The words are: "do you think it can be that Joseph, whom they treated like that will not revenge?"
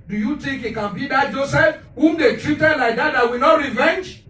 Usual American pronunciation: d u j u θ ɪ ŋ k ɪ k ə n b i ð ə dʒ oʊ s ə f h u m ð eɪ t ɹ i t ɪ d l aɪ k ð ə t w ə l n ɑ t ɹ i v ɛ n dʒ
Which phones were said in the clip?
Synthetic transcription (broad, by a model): d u j u t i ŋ k ɪ k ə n b i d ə dʒ oʊ s ə f h u m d eɪ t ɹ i t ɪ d l aɪ k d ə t w ə l n ɑ t ɹ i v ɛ n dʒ